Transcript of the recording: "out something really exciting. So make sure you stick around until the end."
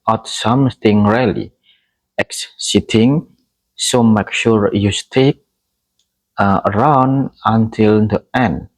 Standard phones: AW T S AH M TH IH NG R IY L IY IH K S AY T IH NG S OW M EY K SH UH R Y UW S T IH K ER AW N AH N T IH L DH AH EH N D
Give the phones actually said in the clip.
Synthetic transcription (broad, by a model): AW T S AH M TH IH NG R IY L IY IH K S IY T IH NG S OW M EY K SH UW R Y UW S T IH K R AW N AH N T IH L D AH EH N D